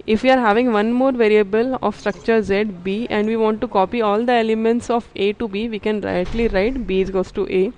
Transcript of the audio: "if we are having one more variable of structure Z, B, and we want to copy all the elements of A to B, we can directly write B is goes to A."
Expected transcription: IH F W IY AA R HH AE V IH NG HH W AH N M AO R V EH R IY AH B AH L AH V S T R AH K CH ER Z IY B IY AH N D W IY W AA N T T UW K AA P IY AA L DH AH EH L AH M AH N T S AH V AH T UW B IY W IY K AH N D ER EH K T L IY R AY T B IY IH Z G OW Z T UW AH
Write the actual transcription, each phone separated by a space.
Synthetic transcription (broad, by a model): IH F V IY AA R HH AE V IH NG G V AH N M AO R V EH R IY AH B AH L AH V S T R AH K CH ER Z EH B IY AH N D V IY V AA N T T UW K AA P IY AA L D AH EH L AH M AH N T S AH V AH T UW B IY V IY K AH N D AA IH T L IY R AY T B IY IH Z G OW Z T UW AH